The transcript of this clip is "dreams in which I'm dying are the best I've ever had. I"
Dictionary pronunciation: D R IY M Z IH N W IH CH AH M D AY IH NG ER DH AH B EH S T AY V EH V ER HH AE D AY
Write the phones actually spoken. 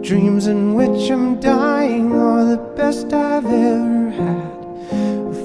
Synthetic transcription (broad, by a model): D R IY M Z IH N W IH CH AH M D AY IH NG ER DH AH B EH S T AY V EH V ER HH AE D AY